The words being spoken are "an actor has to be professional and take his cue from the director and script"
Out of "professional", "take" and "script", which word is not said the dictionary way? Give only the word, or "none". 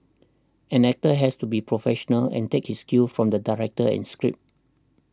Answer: script